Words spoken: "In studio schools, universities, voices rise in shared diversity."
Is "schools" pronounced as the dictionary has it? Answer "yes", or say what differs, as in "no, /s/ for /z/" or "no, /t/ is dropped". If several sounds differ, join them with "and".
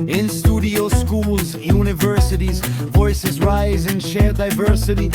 yes